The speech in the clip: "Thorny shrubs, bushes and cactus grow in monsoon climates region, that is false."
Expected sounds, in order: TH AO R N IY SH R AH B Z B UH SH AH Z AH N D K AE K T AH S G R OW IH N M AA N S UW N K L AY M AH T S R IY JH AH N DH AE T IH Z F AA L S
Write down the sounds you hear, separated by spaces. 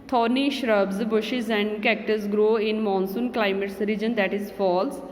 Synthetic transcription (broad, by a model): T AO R N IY SH R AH B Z B UH SH AH Z AH N D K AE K T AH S G R OW IH N M AA N S UW N K L AY M AH T S R IY JH AH N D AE T IH Z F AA L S